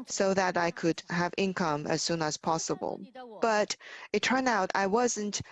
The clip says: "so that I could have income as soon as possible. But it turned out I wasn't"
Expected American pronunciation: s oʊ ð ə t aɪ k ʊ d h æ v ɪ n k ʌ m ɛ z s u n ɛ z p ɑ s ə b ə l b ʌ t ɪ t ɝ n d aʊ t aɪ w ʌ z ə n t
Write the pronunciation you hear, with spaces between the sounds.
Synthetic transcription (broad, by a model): s oʊ ð ə t aɪ k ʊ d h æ v ɪ n k ʌ m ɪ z s u n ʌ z p ɑ s ə b ə l b ʌ t ɪ t ɝ n d aʊ t aɪ w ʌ z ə n t